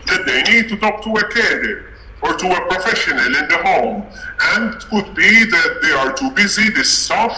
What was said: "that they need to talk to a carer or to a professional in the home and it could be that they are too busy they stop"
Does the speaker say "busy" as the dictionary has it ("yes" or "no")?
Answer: yes